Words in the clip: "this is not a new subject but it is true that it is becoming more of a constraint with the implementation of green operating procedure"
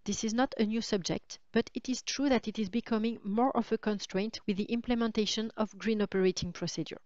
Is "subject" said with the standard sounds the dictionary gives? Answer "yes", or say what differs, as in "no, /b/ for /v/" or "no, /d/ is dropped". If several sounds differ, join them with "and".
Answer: yes